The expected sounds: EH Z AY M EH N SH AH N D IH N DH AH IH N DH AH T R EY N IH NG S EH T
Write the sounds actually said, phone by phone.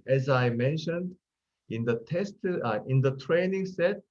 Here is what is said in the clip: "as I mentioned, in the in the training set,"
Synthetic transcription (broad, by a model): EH Z AY M EH N SH AH N D IH N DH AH IH N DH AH T R EY N IH NG S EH T